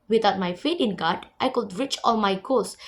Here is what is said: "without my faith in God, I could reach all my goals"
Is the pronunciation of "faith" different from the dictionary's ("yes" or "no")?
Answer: yes